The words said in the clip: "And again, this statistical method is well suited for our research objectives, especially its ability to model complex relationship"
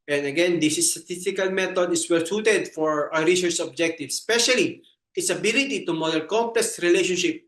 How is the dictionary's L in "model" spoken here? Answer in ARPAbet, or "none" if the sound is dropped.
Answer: N